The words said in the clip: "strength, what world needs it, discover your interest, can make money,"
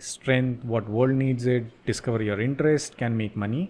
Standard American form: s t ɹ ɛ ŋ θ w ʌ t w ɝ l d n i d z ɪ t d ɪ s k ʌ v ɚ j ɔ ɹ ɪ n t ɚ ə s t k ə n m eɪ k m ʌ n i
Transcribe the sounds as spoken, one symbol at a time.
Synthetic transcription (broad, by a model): s t ɹ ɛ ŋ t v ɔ t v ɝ l d n i d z ɪ t d ɪ s k ʌ v ɚ j ɔ ɹ ɪ n t ɚ ə s t k ə n m eɪ k m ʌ n i